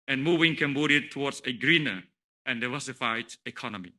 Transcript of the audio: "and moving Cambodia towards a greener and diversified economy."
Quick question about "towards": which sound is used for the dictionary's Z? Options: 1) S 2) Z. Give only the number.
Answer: 1